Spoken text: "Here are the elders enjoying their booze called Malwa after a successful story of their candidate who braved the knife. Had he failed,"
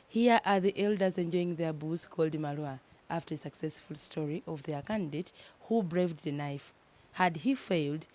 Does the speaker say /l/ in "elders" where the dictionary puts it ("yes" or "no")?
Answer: yes